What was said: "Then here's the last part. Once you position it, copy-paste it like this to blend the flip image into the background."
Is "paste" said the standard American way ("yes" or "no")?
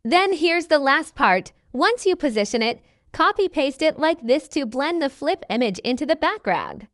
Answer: yes